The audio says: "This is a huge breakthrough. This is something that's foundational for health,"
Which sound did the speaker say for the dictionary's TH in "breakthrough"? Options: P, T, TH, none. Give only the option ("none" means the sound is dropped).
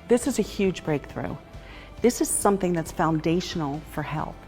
TH